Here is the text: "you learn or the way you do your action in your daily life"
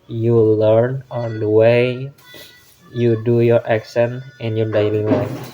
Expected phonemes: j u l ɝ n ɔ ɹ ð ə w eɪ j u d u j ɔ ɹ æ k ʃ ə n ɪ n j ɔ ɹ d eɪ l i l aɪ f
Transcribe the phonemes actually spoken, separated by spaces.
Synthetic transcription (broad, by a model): j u l ɝ n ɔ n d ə w eɪ j u d u j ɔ ɹ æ k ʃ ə n ɪ n j ɔ ɹ d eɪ l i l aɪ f